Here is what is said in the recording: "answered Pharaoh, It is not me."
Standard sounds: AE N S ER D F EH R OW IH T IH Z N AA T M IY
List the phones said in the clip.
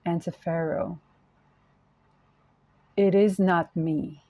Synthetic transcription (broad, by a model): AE N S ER F EH R OW IH T IH Z N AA T M IY